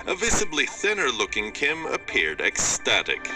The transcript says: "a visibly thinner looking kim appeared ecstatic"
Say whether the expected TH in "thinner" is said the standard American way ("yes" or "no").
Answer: yes